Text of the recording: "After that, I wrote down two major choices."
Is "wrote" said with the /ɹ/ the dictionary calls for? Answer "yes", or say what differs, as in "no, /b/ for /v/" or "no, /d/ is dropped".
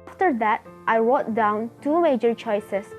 no, /w/ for /ɹ/